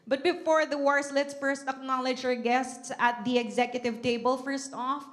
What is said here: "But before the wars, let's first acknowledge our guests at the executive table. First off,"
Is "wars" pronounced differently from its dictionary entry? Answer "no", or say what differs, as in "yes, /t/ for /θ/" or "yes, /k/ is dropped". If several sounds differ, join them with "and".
yes, /s/ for /z/